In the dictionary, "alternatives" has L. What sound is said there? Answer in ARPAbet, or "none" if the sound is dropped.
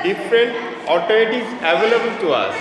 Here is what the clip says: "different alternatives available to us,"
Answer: none